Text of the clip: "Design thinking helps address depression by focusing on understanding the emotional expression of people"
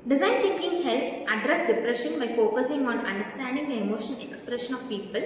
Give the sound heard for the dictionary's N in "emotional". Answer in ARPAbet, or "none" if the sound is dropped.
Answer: none